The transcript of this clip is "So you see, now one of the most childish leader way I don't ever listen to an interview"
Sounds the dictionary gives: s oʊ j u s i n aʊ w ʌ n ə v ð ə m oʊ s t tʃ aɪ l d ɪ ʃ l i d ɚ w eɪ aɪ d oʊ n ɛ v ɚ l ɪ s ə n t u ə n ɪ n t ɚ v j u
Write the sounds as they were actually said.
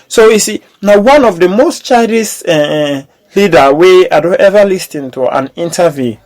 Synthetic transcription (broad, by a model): s oʊ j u s i n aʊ w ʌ n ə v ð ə m oʊ s t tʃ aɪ d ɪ s l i d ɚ w eɪ aɪ d oʊ n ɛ v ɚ l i s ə n t u ə n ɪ n t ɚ v j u